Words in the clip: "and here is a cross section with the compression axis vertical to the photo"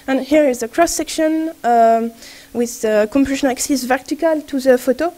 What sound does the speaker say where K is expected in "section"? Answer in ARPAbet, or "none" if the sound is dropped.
K